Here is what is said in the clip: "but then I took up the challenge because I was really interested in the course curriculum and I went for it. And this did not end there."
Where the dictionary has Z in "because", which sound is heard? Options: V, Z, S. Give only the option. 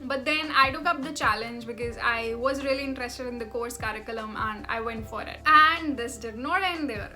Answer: Z